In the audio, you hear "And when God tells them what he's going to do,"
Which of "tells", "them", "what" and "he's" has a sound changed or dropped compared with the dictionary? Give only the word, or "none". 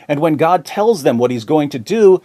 none